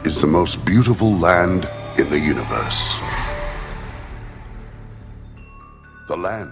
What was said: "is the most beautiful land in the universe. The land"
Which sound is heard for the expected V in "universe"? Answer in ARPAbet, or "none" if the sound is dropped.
V